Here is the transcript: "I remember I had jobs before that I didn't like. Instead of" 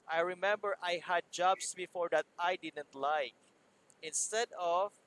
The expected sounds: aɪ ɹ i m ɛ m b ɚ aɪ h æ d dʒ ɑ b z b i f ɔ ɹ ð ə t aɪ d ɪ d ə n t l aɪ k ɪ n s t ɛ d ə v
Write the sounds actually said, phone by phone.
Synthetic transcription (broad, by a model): aɪ ɹ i m ɛ m b ɚ aɪ h æ d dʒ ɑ b s b i f ɔ ɹ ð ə t aɪ d ɪ d ə n t l aɪ k ɪ n s t ɛ d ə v